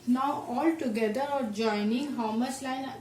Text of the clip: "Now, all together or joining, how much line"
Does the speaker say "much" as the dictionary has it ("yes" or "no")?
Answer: no